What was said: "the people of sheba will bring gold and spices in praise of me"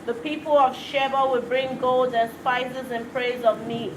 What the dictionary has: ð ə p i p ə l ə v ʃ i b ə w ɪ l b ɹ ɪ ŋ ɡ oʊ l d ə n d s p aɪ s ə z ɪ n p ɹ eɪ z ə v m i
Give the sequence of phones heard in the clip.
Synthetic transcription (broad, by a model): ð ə p i p ə l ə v ʃ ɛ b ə w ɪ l b ɹ ɪ ŋ ɡ oʊ l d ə n s p aɪ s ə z ɪ n p ɹ eɪ z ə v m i